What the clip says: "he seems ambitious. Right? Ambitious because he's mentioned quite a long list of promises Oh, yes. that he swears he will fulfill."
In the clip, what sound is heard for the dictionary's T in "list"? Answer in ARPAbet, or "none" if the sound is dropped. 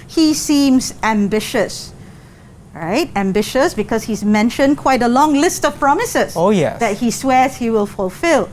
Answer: T